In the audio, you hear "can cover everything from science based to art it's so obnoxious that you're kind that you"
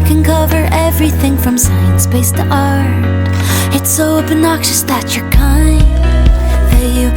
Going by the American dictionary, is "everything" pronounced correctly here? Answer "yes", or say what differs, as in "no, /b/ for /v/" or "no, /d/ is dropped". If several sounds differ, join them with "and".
yes